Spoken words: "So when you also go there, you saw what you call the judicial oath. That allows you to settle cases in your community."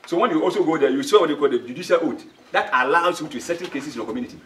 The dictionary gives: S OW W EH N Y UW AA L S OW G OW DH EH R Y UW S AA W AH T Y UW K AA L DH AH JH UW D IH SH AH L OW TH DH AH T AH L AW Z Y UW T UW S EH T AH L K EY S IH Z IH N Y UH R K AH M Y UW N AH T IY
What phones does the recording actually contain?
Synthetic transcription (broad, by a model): S OW W EH N Y UW AA L S OW G OW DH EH Y UW S AA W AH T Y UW K AA L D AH JH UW D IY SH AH L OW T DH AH T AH L AW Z Y UW T UW S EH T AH N K EY S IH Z IH N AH K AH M Y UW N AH T IY